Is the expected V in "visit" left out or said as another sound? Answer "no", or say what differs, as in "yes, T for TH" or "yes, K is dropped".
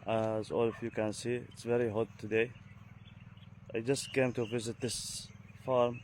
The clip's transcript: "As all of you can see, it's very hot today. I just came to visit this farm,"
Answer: no